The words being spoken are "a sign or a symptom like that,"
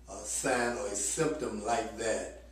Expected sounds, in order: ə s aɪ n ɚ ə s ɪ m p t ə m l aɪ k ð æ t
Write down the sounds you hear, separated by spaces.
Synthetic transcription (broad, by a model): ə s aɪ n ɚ ə s ɪ m p t ə m l aɪ k ð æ t